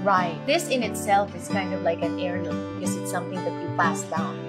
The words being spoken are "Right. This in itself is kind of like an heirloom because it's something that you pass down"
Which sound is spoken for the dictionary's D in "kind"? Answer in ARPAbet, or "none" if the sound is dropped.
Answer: D